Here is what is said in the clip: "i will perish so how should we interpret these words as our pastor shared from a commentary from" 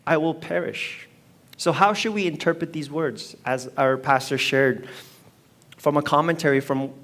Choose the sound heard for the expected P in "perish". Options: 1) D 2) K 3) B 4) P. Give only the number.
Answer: 4